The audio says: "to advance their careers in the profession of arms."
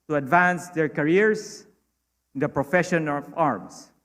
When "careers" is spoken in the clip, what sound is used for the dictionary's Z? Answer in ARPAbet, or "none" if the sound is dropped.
S